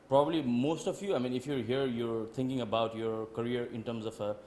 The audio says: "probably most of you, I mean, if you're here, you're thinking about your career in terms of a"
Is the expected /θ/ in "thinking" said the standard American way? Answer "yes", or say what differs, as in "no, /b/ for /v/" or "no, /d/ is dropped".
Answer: no, /t/ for /θ/